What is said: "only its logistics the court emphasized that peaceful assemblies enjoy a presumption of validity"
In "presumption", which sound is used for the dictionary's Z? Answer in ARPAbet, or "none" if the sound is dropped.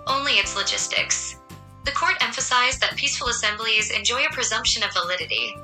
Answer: Z